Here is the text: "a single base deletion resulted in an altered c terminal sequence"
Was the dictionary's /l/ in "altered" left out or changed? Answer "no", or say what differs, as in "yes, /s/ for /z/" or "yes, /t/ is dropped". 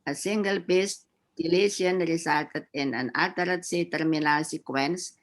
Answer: yes, /l/ is dropped